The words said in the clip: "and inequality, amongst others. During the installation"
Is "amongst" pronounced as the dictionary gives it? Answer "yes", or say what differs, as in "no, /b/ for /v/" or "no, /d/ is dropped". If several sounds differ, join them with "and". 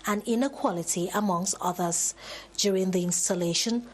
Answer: yes